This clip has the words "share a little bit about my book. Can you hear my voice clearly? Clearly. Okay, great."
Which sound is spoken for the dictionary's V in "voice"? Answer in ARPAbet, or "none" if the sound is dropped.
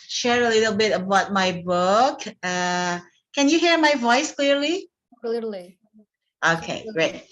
V